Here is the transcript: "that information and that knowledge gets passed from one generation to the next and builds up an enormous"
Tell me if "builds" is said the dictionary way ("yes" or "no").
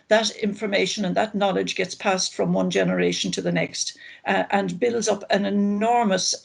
yes